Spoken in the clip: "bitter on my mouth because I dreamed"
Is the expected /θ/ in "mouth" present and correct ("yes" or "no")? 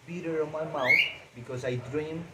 no